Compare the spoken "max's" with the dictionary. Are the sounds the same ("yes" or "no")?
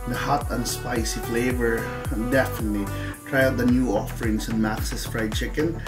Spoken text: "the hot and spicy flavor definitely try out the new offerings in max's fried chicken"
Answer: no